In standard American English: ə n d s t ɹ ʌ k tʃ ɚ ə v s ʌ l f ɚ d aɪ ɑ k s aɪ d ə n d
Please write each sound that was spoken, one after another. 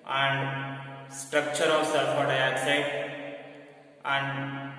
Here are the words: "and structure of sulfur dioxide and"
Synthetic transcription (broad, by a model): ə n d s t ɹ ʌ k tʃ ɚ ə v s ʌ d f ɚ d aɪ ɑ s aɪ ə n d